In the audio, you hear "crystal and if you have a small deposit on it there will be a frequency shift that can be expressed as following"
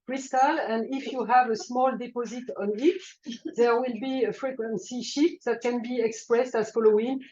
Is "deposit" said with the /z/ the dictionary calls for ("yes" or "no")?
yes